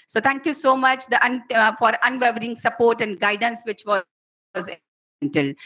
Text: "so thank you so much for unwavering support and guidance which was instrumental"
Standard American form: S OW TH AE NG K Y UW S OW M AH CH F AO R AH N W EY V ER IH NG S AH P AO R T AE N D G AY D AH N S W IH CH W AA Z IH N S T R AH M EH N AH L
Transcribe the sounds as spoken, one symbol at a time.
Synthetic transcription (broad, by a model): S OW T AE NG K Y UW S OW M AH CH F AO R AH N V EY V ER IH NG S AH P AO R T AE N D G AY D AH N S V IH CH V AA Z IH N T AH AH L